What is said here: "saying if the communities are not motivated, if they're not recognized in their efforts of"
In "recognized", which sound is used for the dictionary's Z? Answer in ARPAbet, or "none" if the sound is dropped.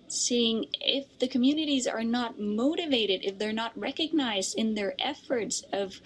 Z